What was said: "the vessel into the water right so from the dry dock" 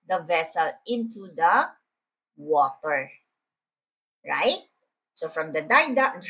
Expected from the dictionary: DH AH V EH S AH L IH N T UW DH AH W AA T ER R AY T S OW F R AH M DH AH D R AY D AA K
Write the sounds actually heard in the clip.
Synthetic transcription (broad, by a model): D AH V EH S AH L IH N T UW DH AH W AA T ER R AY T S OW F R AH M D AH D AY D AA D